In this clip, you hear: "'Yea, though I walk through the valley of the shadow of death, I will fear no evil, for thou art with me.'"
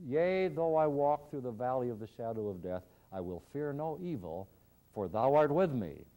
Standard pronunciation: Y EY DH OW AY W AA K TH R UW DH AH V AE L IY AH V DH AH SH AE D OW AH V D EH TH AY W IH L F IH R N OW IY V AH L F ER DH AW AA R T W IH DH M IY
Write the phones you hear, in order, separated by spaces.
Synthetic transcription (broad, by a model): Y EY DH OW AY W AA K TH R UW DH AH V AE L IY AH V DH AH SH AE D OW AH V D EH TH AY W IH L F IH R N OW IY V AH L F ER DH AW AA R T W IH DH M IY